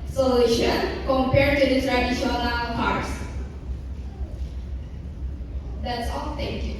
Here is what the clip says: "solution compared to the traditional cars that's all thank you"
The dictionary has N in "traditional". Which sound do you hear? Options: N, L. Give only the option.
L